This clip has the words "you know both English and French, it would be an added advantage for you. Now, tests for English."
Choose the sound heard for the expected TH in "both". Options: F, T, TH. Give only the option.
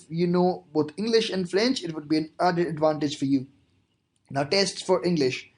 T